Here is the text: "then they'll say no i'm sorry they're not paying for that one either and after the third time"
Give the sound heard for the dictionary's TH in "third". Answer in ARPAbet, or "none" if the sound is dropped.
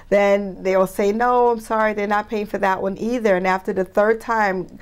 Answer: TH